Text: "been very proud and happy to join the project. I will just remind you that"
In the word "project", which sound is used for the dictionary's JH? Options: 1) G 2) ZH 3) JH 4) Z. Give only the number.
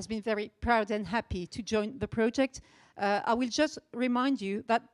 3